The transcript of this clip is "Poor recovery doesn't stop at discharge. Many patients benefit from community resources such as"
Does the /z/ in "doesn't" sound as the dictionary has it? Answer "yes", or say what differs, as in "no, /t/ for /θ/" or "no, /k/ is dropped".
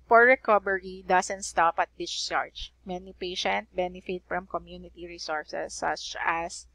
no, /s/ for /z/